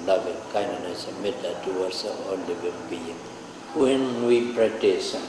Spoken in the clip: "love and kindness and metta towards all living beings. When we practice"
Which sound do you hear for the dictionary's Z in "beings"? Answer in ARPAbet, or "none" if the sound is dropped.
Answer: none